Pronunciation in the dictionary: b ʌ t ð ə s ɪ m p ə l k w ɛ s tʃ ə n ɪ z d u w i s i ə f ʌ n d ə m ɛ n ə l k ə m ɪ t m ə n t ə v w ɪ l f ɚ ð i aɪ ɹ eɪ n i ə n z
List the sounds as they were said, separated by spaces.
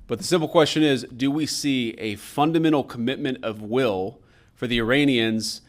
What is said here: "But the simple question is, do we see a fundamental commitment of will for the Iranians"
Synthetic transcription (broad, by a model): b ʌ t ð ə s ɪ m p l k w ɛ s tʃ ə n ɪ z d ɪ w i s i ə f ʌ n d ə m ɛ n l k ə m ɪ t m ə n t ə v w ɪ l f ɚ ð i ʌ ɹ eɪ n i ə n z